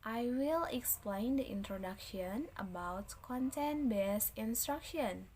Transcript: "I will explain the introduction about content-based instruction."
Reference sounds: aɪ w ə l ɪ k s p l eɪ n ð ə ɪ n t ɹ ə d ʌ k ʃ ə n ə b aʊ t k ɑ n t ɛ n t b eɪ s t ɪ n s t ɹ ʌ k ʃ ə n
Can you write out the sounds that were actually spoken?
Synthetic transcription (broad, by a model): aɪ w ə l ɪ k s p l eɪ n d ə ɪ n t ɹ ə d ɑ k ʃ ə n ə b aʊ t k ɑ n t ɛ n b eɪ s ɪ n s t ɹ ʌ k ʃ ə n